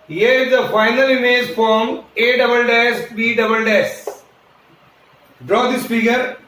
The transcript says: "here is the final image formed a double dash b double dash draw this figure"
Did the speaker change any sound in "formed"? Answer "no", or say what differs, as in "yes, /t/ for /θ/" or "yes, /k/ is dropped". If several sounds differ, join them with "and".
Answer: yes, /d/ is dropped